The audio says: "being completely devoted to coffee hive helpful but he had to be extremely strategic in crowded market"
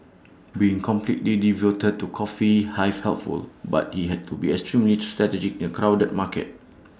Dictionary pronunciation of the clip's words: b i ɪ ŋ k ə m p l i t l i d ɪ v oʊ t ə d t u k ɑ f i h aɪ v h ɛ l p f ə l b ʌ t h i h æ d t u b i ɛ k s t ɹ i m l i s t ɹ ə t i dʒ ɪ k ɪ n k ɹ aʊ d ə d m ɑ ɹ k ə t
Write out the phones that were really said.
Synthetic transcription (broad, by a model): b i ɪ ŋ k ə m p l i t l i d ɪ v oʊ t ə d t u k ɑ f i h aɪ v h ɛ l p f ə l b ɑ t h i h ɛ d t u b i ɛ k s t ɹ i m l i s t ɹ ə t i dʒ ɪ k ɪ n k ɹ aʊ d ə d m ɑ k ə t